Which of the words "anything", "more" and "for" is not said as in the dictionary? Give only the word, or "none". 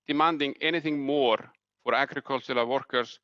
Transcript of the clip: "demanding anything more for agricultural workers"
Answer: none